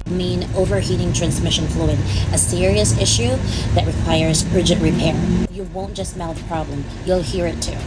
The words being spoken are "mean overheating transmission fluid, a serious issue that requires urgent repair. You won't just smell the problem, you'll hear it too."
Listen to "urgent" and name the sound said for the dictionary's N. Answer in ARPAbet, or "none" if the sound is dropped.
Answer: none